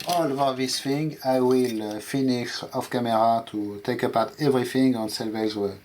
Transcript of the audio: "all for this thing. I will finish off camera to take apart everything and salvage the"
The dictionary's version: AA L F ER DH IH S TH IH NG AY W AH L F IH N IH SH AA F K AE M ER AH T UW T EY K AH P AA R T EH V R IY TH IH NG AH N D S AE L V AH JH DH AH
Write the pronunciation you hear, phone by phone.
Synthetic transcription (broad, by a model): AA L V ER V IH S F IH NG AY W AH L F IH N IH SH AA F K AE M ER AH T UW T EY K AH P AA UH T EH V R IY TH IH NG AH N S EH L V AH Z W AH